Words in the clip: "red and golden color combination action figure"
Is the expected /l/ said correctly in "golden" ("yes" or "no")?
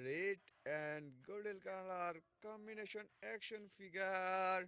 no